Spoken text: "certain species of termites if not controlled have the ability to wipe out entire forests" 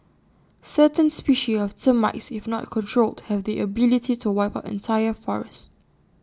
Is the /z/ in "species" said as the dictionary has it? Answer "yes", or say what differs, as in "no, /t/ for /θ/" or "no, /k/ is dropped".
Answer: no, /z/ is dropped